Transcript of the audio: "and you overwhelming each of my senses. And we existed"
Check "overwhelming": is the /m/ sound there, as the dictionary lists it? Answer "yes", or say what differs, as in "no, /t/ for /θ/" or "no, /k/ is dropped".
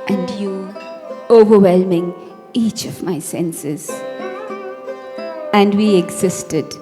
yes